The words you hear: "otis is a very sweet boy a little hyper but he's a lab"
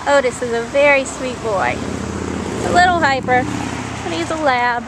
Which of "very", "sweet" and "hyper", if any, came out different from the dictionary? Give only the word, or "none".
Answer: none